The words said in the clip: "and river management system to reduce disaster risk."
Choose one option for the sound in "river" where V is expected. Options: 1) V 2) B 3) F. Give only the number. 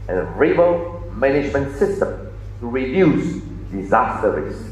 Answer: 2